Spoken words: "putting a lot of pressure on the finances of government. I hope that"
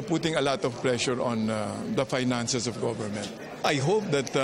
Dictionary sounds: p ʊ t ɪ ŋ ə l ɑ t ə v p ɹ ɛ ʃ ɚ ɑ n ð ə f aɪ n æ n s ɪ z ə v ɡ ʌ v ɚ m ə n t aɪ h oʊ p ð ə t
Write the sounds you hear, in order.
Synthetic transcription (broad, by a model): p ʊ t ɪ ŋ ə l ɑ t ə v p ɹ ɛ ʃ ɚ ɑ n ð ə f aɪ n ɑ n s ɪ s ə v ɡ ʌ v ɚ m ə n t aɪ h oʊ p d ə t